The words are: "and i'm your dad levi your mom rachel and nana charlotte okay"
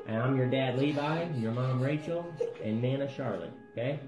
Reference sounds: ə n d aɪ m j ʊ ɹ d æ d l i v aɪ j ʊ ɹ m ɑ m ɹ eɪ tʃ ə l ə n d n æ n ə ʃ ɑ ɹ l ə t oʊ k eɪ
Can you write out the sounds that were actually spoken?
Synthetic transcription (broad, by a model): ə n aɪ m j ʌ ɹ d æ d l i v aɪ j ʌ ɹ m ɑ m ɹ eɪ tʃ l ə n n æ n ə ʃ ɑ ɹ l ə oʊ k eɪ